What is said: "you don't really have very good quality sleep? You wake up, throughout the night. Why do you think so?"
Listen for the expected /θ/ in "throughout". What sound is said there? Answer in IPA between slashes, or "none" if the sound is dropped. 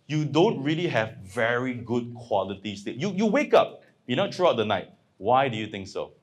/t/